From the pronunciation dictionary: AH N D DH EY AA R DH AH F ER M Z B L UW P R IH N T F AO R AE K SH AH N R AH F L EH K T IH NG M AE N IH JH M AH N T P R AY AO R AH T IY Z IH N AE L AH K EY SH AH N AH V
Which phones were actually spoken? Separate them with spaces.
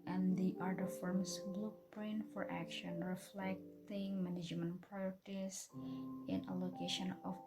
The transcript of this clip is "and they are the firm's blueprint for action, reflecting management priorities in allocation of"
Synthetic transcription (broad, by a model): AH N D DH AA R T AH F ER M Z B L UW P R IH N F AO R AE K SH AH N R AH F L EH K T IH NG M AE N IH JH M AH N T P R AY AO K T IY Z IH N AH L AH K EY SH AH N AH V